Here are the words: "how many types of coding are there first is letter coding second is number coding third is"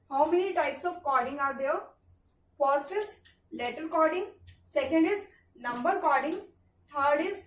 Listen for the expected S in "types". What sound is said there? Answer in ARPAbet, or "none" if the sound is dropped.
S